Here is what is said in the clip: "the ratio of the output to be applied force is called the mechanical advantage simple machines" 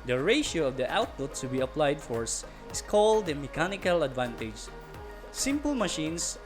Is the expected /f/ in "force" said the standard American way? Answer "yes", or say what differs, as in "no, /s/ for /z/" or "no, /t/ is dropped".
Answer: yes